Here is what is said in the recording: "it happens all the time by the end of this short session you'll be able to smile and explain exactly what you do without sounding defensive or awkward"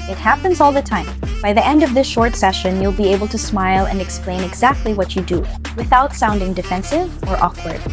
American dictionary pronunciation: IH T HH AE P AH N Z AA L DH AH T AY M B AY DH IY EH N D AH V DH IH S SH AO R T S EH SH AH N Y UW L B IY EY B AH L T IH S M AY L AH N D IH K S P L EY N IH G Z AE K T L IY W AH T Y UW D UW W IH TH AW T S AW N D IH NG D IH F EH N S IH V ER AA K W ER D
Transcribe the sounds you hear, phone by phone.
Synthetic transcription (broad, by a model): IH T HH AE P AH N Z AA L DH AH T AY M B AY DH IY EH N D AH V DH IH S SH AO R T S EH SH AH N Y UW L B IY EY B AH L T IH S M AY L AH N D IH K S P L EY N IH G Z AE K T L IY W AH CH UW D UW W IH TH AW T S AW N D IH NG D IH F EH N S IH V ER AA K W ER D